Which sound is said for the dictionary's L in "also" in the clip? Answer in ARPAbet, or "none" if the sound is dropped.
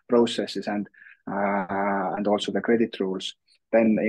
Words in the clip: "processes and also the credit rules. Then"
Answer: L